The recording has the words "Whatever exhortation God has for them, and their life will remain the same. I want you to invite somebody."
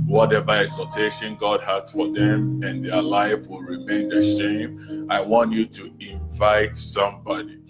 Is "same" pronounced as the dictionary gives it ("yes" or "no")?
no